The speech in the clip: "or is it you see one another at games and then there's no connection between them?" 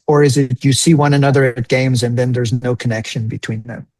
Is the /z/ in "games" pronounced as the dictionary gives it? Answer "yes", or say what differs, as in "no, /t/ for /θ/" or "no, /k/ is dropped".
yes